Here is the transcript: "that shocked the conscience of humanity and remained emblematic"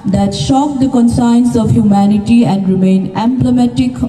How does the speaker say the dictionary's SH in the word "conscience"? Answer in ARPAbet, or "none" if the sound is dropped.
S